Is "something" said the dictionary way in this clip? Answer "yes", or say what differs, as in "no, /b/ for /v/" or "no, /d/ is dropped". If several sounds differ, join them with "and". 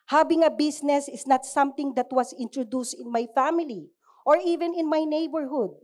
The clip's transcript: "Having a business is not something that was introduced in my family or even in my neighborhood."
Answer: no, /t/ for /θ/